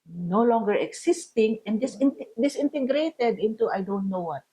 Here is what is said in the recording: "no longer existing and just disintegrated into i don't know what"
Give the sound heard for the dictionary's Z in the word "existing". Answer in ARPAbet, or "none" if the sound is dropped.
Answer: S